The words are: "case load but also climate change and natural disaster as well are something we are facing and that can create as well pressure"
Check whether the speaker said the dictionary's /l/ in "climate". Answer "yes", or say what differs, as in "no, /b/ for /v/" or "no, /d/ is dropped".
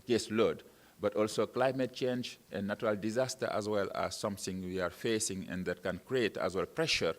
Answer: yes